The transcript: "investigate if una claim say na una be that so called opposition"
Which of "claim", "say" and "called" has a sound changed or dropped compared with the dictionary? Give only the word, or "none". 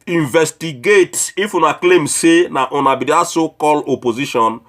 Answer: called